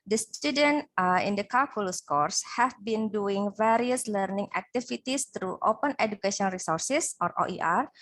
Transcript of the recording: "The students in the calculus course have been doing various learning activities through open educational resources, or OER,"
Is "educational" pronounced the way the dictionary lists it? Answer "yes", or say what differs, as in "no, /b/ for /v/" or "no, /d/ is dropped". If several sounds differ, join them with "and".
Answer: no, /n/ is dropped and /n/ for /l/